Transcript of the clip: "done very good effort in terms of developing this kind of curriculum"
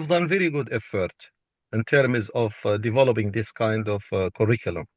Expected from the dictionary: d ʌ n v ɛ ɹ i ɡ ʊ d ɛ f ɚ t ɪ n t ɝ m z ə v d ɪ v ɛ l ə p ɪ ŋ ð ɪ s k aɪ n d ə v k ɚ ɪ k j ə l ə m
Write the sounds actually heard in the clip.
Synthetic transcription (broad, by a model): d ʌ n v ɛ ɹ i ɡ ʊ d ɛ f ɚ t ɪ n t ɝ m z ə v d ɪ v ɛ l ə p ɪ ŋ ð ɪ s k aɪ n d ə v k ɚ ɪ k j l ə m